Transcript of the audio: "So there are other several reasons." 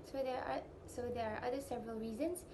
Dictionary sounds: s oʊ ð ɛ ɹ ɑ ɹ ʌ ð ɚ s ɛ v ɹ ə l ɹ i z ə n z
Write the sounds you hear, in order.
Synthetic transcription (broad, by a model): s oʊ ð ɛ ɹ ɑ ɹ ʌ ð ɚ s ɛ v ɹ ə l ɹ i z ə n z